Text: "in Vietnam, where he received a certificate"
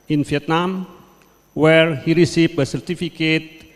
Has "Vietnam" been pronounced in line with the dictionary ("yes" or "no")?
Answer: no